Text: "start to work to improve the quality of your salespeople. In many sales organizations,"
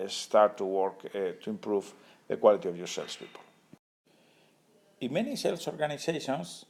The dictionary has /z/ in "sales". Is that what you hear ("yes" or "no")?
no